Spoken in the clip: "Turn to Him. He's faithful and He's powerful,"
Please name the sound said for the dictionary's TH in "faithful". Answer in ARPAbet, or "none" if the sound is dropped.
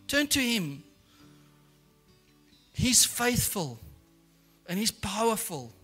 TH